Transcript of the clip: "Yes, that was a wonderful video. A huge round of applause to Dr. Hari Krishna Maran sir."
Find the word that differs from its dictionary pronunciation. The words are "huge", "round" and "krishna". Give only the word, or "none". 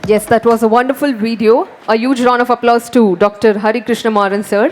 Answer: round